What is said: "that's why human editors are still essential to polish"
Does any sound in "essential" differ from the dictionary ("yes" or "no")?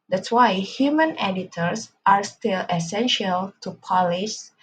no